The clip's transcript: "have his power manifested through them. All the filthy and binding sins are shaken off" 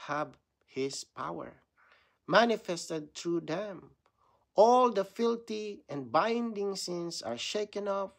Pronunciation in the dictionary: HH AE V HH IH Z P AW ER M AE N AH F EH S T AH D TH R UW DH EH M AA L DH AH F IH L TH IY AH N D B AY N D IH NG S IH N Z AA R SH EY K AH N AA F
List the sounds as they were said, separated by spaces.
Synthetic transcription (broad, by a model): HH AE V HH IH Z P AW ER M AE N AH F EH S T AH D T R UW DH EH M AA L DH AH F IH L T IY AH N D B AY N D IH NG S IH N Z AA R SH EY K AH N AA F